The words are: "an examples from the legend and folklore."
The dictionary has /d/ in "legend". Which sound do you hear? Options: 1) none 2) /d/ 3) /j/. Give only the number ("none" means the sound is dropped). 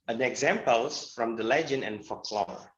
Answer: 1